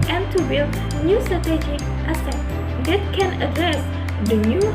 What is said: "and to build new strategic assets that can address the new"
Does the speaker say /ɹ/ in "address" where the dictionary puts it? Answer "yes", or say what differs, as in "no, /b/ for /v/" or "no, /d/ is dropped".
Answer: no, /ɹ/ is dropped